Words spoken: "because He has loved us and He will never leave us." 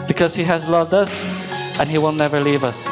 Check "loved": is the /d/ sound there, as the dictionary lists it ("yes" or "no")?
yes